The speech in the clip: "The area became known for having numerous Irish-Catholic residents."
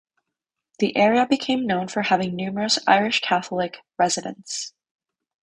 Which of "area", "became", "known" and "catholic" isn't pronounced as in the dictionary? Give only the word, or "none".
none